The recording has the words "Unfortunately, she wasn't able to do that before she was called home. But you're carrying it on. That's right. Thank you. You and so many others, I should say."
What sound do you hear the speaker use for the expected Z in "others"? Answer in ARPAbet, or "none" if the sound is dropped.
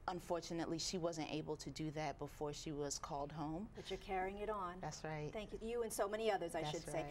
Z